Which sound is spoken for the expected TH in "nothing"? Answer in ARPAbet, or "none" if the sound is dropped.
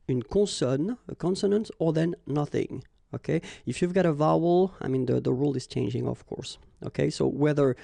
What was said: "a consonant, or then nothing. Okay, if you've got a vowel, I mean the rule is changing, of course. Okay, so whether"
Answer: TH